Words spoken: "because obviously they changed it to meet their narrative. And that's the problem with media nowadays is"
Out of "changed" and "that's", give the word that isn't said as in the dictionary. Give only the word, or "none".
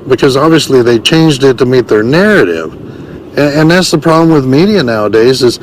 none